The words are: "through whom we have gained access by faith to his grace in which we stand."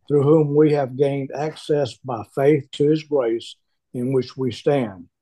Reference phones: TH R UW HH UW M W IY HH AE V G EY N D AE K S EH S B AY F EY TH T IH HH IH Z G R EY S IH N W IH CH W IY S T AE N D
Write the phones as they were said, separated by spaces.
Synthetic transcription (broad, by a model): TH R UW HH UW M W IY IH V G EY N D AE K S EH S B AY F EY TH T IH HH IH Z G R EY S IH N W IH CH W IY S T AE N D